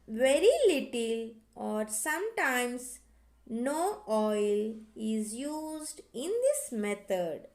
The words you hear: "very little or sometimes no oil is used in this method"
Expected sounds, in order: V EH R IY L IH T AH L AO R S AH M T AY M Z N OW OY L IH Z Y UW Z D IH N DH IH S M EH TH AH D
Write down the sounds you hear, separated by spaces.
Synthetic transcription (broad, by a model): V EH R IY L IH T AH L AO R S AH M T AY M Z N OW OY L IH Z Y UW Z D IH N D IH S M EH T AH D